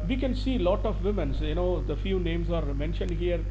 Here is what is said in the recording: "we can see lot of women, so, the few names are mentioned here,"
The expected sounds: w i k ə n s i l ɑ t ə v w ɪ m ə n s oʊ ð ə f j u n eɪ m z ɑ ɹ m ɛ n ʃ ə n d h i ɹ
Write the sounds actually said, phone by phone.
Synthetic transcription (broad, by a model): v i k ə n s i l ɑ t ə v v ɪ m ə n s oʊ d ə f j u n eɪ m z ɑ ɹ m ɛ n ʃ ə n d h i ɹ